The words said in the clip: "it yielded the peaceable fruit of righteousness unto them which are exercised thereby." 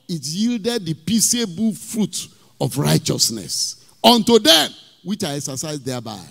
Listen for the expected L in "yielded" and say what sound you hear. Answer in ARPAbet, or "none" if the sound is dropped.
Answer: L